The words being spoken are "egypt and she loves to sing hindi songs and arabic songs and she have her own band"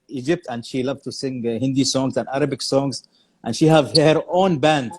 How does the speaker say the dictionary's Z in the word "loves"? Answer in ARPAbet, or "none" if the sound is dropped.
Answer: none